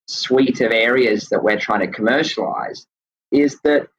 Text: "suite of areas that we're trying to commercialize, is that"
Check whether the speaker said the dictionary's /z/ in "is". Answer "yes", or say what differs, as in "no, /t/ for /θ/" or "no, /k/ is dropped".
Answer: yes